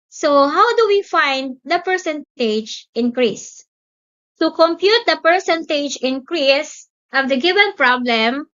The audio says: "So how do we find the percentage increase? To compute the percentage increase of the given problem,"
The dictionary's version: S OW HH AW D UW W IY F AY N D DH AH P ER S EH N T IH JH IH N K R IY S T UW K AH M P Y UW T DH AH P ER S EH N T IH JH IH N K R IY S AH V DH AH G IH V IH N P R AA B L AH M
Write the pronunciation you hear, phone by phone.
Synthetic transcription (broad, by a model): S OW HH AW D UW W IY F AY N D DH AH P ER S EH N T IH JH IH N K R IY S T UW K AH M P Y UW T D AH P ER S EH N T IH JH IH N K R IY S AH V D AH G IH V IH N P R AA B L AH M